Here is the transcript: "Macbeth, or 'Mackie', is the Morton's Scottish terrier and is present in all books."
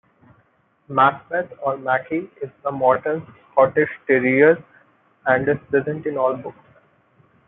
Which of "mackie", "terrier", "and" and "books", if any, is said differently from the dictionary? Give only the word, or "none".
none